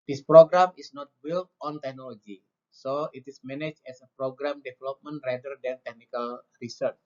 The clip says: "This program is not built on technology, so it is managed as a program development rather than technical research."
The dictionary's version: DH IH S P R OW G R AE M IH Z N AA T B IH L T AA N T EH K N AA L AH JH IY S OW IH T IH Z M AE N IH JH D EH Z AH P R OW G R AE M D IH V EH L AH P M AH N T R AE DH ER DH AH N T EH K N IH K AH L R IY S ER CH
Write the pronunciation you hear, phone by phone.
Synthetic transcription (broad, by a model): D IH S P R OW G R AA M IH S N AA T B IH L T AA N T EH K N AA L AH JH IY S OW IH T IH S M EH N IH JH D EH S AH P R OW G R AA M D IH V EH L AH P M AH N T R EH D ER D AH N T EH K N IH K AH L R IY S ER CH